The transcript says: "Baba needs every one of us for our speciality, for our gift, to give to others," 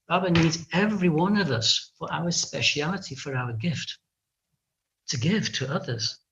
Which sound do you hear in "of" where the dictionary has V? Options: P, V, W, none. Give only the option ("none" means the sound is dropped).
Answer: V